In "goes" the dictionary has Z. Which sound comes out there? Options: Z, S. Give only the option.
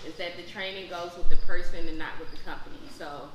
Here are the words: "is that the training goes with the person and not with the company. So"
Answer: Z